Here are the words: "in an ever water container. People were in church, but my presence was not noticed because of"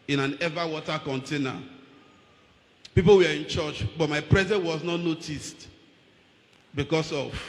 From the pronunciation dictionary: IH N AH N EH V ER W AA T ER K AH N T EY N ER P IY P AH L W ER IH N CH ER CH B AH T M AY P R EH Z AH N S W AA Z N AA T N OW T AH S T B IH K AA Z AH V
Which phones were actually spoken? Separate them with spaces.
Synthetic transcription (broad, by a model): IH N AH N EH V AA W AA T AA K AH N T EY N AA P IY P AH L W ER IH N CH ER CH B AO T M AY P R EH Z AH N W AA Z N AA T N OW T AH S T B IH K AA S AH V